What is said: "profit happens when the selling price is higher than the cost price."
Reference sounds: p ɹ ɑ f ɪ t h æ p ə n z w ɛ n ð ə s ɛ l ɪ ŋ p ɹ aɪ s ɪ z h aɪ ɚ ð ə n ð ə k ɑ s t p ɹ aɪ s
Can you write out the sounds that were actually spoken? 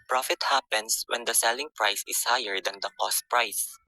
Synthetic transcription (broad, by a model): p ɹ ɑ f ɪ t h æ p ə n s w ɛ n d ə s ɛ l ɪ ŋ p ɹ aɪ s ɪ s h aɪ ɚ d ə n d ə k ɑ s t p ɹ aɪ s